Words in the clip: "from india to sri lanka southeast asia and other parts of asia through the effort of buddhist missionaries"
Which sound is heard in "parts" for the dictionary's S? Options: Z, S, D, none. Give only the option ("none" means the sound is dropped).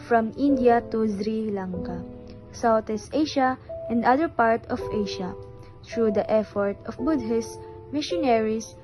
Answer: none